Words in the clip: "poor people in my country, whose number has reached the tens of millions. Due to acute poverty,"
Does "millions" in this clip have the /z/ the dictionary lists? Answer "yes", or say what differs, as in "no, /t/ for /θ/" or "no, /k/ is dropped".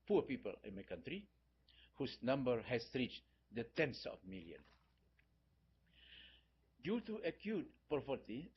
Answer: no, /z/ is dropped